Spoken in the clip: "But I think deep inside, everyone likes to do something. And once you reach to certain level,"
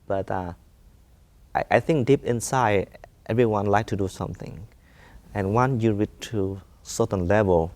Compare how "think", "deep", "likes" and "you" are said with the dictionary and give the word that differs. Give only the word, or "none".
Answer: likes